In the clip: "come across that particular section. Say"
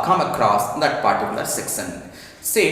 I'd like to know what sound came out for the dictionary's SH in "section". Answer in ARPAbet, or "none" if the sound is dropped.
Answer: S